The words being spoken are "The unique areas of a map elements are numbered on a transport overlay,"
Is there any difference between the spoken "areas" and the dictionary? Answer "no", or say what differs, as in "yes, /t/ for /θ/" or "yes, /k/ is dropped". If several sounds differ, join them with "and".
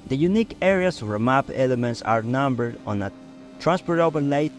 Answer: yes, /s/ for /z/